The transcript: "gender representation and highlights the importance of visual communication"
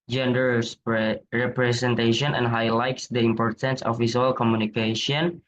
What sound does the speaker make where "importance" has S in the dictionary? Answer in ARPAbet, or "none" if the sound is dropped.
S